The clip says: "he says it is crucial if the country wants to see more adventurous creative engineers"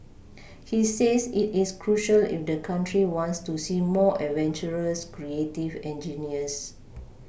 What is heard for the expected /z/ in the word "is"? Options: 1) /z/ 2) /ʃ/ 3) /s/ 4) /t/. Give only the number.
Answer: 3